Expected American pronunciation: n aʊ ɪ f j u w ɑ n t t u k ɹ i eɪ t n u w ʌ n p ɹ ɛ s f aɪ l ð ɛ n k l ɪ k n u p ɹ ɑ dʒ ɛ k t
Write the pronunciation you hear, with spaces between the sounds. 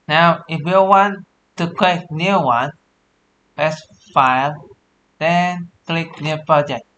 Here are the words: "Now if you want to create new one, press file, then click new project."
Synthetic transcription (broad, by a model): n aʊ ɪ f j u w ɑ n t t u k l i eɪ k n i w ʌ n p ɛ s f aɪ l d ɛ n k l ɪ k n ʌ p ɹ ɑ dʒ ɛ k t